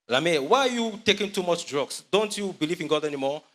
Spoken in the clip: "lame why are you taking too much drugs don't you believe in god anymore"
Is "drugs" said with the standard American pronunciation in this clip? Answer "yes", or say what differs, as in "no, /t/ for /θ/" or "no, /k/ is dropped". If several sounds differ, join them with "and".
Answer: no, /s/ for /z/